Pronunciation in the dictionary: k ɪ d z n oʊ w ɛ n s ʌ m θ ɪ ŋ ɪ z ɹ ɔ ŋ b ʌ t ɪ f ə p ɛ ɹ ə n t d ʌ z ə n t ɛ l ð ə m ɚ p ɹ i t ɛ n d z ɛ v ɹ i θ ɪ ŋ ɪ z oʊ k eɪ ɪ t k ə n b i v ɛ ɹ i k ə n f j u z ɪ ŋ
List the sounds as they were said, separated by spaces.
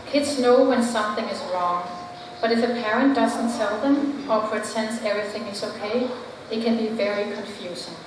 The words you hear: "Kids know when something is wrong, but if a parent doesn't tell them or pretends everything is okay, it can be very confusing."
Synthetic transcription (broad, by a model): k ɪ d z n oʊ w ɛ n s ʌ m θ ɪ ŋ ɪ z ɹ ɔ ŋ b ʌ t ɪ f ə p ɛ ɹ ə n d ʌ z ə n t ɛ l ð ə m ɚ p ɹ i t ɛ n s ɛ v ɹ i θ ɪ ŋ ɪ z oʊ k eɪ ɪ t k ə n b i v ɛ ɹ i k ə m f j u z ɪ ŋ